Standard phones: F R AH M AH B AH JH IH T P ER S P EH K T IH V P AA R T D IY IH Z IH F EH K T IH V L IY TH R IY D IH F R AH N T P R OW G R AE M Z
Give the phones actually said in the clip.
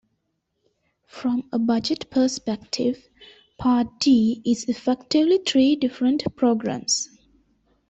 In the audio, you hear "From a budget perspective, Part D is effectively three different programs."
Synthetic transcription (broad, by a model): F R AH M AH B AH JH IH T P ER S P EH K T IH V P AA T D IY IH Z IH F EH K T IH V L IY T R IY D IH F R AH N T P R OW G R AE M S